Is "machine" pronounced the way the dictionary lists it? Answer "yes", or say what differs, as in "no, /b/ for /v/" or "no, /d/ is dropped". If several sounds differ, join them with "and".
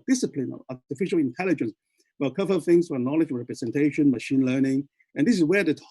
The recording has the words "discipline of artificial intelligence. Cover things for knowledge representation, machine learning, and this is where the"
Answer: yes